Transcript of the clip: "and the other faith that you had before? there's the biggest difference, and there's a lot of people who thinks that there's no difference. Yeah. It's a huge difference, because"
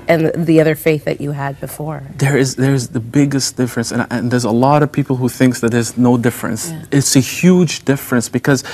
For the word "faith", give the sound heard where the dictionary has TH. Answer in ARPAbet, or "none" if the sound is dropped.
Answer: TH